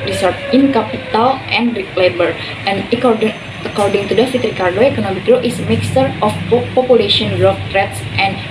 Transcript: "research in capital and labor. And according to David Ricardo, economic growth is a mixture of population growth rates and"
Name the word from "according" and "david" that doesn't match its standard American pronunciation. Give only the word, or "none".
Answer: david